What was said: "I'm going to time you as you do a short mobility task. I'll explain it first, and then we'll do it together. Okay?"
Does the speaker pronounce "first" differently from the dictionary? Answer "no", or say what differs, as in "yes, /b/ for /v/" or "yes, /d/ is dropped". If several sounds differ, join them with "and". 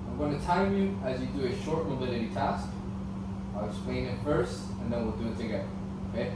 yes, /t/ is dropped